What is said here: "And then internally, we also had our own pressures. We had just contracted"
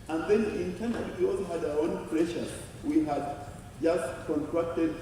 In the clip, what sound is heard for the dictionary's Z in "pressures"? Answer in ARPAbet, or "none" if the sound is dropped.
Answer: none